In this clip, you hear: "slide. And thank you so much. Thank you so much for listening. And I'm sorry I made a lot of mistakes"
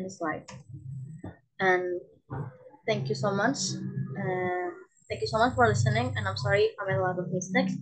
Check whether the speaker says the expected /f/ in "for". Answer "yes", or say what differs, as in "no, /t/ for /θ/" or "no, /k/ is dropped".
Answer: yes